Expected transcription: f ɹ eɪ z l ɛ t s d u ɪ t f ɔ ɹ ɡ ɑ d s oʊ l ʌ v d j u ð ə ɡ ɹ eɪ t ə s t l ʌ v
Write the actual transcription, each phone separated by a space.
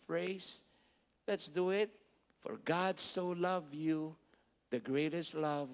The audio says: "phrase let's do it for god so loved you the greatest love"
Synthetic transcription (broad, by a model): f ɹ eɪ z l ɛ t s d u ɪ t f ɔ ɹ ɡ ɑ d s oʊ l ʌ v j u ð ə ɡ ɹ eɪ t ə s t l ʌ v